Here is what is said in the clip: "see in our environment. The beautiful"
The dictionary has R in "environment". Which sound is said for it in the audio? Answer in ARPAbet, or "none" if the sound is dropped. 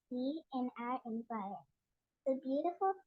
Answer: none